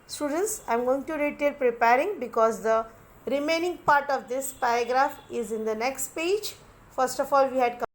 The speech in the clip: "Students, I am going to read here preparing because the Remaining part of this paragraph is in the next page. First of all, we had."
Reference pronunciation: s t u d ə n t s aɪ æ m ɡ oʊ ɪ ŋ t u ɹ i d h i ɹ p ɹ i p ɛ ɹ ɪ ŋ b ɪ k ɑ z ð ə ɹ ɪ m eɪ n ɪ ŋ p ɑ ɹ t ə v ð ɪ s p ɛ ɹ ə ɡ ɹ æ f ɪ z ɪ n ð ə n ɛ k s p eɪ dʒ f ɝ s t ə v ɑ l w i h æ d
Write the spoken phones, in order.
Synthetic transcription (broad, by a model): s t u d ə n t s aɪ m ɡ oʊ ɪ ŋ t u ɹ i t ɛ l p ɹ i p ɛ ɹ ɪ ŋ b ɪ k ɑ z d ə ɹ ɪ m eɪ n ɪ ŋ p ɑ ɹ t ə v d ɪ s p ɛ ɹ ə ɡ ɹ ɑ f ɪ z ɪ n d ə n ɛ k s p eɪ dʒ f ɝ s t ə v ɑ l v i h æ d